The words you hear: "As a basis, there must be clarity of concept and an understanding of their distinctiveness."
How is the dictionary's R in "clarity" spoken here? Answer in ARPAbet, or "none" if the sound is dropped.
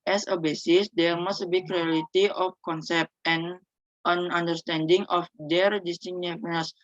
L